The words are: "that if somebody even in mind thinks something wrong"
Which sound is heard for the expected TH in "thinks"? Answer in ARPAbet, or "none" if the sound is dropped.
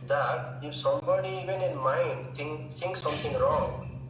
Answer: T